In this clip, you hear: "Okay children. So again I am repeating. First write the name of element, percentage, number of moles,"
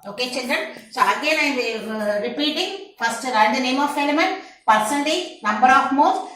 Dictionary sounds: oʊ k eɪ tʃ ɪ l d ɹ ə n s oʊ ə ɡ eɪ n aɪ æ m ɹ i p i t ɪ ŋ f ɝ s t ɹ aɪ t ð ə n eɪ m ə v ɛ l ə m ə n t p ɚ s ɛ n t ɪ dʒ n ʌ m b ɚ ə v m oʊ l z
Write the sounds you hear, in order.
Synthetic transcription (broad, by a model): oʊ k eɪ tʃ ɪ n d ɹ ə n s oʊ ə ɡ eɪ n aɪ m ɹ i p i t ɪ ŋ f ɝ s t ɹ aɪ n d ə n eɪ m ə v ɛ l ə m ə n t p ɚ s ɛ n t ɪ n ʌ m b ɚ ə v m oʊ